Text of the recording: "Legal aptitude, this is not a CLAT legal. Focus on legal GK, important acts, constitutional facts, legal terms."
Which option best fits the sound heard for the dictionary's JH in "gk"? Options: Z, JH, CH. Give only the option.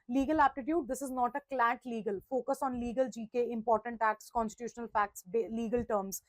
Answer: JH